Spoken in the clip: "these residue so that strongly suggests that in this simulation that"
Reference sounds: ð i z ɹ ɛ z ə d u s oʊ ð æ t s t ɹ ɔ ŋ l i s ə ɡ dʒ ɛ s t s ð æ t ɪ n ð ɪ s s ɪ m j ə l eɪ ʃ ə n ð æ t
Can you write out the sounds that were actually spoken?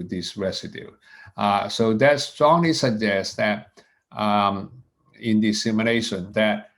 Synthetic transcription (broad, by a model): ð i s ɹ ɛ s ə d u s oʊ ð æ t s t ɹ ɔ ŋ l i s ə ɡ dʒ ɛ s s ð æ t ɪ n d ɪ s s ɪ m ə n eɪ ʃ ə n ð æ t